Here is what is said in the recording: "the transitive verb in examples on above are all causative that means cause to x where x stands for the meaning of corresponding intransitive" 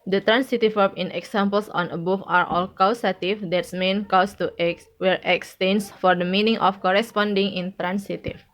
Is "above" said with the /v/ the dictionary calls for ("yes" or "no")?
no